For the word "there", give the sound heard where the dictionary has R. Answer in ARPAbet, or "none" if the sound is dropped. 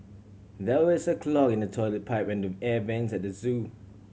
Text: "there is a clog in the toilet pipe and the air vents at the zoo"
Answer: W